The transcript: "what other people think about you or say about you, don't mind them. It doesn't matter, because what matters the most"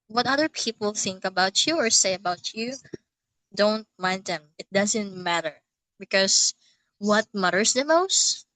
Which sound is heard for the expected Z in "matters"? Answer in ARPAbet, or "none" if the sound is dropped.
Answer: S